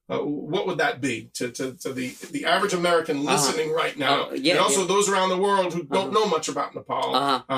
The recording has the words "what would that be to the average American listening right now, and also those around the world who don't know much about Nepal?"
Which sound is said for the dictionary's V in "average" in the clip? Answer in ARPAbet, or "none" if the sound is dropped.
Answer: V